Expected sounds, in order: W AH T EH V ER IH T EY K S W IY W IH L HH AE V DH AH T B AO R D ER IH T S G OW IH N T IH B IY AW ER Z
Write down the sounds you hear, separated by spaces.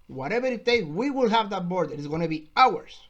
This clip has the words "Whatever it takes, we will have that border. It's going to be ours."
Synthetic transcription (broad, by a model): W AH T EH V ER IH T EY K W IY W IH L HH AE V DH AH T B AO R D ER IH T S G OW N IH B IY AW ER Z